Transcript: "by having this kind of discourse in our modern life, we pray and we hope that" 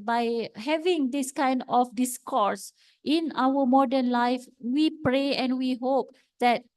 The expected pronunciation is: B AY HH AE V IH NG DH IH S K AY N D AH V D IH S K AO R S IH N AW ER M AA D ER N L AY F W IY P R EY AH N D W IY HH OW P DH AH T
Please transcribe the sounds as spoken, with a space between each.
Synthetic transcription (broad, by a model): B AY HH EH V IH NG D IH S K AY N D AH F D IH S K AO R S IH N AW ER M AA D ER N L AY F W IY P R EY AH N W IY HH OW P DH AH T